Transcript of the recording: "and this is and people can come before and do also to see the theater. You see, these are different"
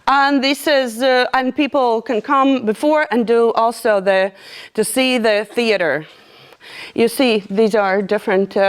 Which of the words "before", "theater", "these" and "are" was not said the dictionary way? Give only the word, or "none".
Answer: none